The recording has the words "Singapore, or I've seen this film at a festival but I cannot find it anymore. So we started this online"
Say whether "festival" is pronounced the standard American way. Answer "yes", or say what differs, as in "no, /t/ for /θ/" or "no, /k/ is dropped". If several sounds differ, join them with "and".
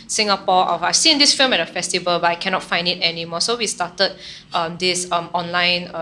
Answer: yes